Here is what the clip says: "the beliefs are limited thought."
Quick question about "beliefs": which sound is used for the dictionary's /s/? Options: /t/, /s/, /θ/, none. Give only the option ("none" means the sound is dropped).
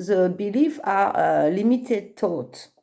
none